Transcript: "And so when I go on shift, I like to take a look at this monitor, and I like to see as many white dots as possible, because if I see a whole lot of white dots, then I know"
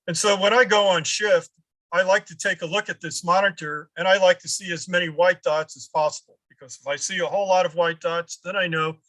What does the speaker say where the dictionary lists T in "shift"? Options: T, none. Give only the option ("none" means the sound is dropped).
T